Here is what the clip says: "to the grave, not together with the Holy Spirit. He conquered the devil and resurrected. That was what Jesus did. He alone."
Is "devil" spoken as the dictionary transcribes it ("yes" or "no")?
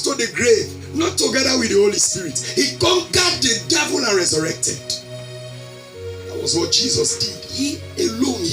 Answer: yes